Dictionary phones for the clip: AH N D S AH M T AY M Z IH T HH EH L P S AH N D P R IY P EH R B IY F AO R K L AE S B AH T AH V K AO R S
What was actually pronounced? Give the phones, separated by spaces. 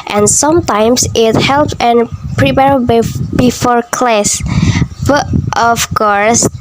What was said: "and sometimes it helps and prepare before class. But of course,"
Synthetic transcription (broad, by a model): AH N S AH M T AY M S IH T HH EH L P AH N P R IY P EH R B IY F AO R K L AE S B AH T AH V K AO R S